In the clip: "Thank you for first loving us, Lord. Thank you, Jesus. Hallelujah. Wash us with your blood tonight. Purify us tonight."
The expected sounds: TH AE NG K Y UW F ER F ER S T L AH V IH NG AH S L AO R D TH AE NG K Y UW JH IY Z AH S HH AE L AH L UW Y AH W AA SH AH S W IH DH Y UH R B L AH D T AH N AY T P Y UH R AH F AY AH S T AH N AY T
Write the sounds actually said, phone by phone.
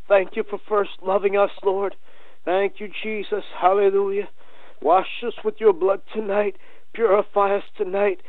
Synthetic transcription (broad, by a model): TH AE NG K Y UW F ER F ER S T L AH V IH NG AH S L AO R D TH AE NG K Y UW JH IY Z AH S HH AE L AH L UW Y AH W AA SH AH S W IH DH Y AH R B L AH D T AH N AY T P Y UH R AH F AY AH S T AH N AY T